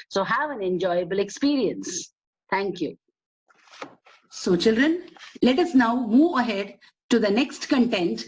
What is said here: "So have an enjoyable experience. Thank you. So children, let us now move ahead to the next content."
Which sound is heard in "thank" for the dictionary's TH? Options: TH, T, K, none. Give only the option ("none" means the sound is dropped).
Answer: T